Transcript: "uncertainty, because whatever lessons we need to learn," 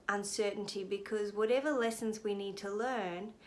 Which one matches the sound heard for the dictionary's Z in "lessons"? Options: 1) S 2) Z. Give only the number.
2